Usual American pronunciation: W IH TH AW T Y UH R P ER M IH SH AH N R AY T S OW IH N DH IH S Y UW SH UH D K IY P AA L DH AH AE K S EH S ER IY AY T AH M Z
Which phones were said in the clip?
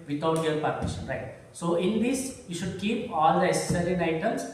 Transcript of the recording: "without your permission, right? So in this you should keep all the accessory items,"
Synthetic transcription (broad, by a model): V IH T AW T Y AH R P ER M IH SH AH N R AY T S OW IH N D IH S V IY SH UH D K IY P AA L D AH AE S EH S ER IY AY T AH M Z